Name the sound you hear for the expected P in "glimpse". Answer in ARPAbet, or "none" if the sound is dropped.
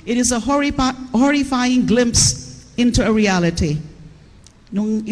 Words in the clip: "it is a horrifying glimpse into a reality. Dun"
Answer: P